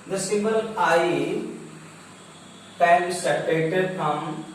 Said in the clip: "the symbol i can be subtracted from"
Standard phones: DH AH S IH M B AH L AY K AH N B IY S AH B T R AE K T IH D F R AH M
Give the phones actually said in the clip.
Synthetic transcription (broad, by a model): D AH S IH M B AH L AY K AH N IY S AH T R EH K T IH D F R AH M